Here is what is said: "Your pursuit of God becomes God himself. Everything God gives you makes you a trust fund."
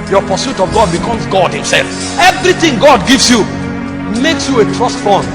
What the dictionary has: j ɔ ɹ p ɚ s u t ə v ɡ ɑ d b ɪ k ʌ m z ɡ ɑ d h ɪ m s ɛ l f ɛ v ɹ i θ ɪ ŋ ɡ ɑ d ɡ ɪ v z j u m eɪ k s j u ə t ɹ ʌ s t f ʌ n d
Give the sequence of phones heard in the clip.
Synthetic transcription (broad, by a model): j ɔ p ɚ s u t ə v ɡ ɑ d b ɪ k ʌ m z ɡ ɑ d h ɪ m s ɛ l f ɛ v ɹ i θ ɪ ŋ ɡ ɑ d ɡ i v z j u m eɪ k s j u ə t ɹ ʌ s t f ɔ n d